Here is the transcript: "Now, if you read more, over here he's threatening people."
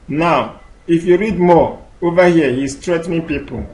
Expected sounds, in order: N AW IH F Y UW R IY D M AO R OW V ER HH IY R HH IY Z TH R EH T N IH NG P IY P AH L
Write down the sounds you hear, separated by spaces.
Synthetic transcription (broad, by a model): N AW IH F Y UW R IY D M AO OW V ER HH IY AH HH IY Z S R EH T N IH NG P IY P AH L